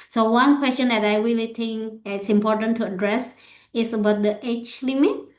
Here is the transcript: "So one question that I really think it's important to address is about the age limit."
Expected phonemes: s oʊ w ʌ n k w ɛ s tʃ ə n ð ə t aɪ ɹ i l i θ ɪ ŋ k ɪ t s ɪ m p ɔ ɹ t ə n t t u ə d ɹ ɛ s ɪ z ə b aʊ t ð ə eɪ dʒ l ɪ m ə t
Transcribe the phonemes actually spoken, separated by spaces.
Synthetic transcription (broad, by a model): s oʊ w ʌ n k w ɛ s tʃ ə n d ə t aɪ ɹ i l i t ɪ ŋ k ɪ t s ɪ m p ɔ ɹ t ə n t t u ə d ɹ ɛ s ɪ s ə b aʊ t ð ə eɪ tʃ l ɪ m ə t